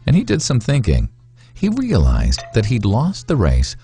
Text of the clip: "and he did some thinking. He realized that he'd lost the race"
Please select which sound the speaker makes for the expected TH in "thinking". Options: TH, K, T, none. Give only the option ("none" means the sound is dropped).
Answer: TH